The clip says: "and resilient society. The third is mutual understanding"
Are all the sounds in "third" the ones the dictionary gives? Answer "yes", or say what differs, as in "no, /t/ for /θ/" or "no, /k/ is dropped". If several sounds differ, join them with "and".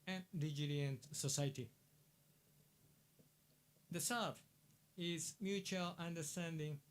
no, /s/ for /θ/